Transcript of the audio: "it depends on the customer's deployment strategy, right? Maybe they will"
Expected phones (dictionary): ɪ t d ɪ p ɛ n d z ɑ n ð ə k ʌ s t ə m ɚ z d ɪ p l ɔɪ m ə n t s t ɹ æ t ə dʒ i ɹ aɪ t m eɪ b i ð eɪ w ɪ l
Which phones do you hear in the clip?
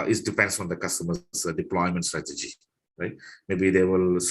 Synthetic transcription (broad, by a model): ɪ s d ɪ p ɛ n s ɑ n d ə k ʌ s t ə m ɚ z d ɪ p l ɔɪ m ə n t s t ɹ æ t ə dʒ i ɹ aɪ t m eɪ b i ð eɪ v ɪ l